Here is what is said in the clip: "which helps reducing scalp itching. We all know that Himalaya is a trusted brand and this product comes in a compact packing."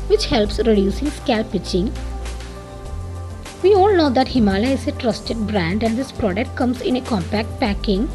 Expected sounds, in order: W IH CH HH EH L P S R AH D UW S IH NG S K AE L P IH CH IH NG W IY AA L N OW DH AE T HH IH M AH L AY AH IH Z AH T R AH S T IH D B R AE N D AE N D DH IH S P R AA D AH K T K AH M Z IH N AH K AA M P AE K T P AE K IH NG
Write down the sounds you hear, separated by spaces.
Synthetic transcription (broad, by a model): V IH CH HH EH L P S R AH D UW S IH NG S K AE L P IH CH IH NG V IY AA L N OW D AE T HH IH M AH L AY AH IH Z AH T R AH S T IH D B R AE N D AE N D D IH S P R AA D AH K T K AH M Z IH N AH K AA M P AE K T P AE K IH NG